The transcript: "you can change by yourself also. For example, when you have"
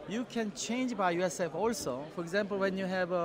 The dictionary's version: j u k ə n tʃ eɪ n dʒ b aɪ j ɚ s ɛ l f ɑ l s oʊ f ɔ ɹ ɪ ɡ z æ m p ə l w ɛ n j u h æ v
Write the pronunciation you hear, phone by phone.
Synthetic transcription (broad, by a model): j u k ə n tʃ eɪ n dʒ b aɪ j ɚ s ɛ f ɑ l s oʊ f ɔ ɹ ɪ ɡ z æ m p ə l w ɛ n j u h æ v